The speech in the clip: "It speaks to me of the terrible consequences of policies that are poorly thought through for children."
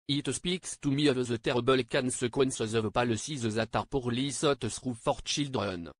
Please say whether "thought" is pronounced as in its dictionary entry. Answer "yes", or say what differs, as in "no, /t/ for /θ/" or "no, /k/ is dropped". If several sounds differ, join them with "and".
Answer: no, /s/ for /θ/